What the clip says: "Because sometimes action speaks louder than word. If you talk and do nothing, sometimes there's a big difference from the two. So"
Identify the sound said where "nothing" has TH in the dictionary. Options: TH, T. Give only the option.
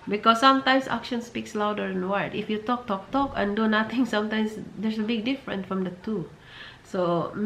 T